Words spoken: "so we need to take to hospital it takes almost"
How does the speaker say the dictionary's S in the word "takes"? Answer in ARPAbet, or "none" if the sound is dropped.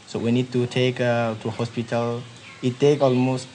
none